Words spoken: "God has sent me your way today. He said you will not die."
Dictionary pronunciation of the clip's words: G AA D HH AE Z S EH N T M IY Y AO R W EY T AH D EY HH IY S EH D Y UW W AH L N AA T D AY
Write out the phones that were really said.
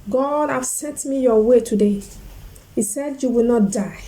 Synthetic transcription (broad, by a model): G AA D HH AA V S EH N T M IY Y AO W EY T AH D EY HH IY S EH D Y UW W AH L N AA T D AY